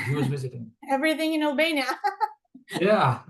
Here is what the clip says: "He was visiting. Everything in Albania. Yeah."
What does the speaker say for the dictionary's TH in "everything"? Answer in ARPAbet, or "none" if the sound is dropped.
TH